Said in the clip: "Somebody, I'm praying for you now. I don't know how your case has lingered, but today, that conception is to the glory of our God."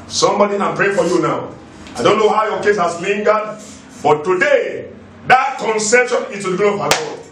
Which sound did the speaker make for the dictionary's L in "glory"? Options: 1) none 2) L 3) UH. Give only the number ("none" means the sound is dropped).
1